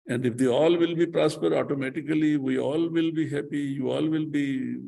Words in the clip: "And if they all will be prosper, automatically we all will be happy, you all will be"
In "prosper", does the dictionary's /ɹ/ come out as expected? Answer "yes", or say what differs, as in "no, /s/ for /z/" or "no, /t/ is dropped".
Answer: yes